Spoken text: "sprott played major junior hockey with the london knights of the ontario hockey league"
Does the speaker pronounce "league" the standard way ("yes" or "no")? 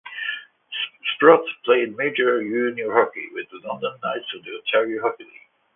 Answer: no